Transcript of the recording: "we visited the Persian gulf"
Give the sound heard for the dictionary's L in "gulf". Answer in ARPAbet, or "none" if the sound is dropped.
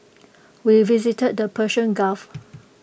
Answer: none